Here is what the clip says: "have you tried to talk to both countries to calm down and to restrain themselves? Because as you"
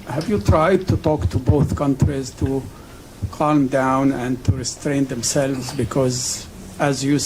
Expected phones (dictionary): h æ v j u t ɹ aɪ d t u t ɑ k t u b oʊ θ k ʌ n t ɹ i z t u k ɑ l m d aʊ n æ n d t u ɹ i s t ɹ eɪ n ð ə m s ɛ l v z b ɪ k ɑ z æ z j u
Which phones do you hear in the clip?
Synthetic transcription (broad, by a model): h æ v j u t ɹ aɪ d t u t ɑ k t u b oʊ θ k ʌ n t ɹ i z t u k ɑ l m d aʊ n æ n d t u ɹ i s t ɹ eɪ n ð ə m s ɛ l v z b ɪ k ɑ z æ z j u